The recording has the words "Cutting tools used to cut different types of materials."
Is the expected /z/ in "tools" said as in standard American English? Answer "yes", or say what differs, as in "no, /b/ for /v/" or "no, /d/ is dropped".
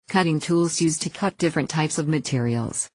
yes